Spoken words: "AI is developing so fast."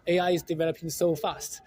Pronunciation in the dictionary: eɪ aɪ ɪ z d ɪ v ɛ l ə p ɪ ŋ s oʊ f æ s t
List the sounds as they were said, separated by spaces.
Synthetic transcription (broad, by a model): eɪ aɪ ɪ z d ɪ v ɛ l ə p ɪ ŋ s oʊ f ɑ s t